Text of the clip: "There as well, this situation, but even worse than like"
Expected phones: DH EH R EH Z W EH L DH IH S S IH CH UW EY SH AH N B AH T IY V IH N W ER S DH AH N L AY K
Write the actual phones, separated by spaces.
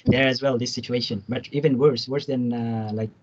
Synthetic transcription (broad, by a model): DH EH R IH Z W EH L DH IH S S IH CH UW EY SH AH N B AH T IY V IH N W ER S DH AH N L AY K